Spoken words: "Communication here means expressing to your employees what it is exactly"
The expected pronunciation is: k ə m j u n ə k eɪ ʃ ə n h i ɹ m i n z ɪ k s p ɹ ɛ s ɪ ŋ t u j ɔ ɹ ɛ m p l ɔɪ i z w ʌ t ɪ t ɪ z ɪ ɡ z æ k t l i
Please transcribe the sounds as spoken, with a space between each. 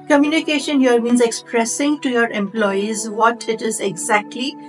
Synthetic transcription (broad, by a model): k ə m j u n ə k eɪ ʃ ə n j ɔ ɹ m i n z ɪ k s p ɹ ɛ s ɪ ŋ t u j ɔ ɹ ɛ m p l ɔɪ i z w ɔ t ɪ t ɪ z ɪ ɡ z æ k t l i